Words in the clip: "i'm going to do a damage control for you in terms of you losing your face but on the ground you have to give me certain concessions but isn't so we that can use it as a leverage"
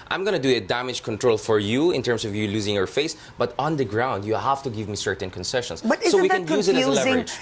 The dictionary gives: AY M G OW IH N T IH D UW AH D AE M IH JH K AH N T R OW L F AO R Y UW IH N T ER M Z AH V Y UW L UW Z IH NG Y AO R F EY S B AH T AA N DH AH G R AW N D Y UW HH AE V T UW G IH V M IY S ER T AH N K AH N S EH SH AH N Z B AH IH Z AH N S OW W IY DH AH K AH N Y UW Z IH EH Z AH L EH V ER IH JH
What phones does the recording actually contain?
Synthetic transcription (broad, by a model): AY M G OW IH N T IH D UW AH D AE M IH JH K AH N T R OW L F AO R Y UW IH N T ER M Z AH V Y UW L UW Z IH NG Y AO R F EY S B AH T AA N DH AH G R AW N D Y UW HH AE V T UW G IH V M IY S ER T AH N K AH N S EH SH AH N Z B AH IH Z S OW W IY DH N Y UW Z IH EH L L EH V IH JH